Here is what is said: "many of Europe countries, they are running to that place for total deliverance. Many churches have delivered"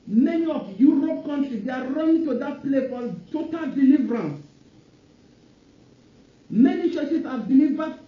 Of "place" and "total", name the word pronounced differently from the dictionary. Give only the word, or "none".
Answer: place